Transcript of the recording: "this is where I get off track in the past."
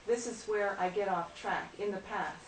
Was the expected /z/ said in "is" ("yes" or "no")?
yes